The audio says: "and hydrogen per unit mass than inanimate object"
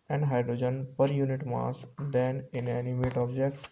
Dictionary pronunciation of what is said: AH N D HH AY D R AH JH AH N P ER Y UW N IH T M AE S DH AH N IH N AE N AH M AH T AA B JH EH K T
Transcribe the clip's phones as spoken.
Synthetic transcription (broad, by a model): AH N D HH AY D R AH JH AH N P ER Y UW N IH T M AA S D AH N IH N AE N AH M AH T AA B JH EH K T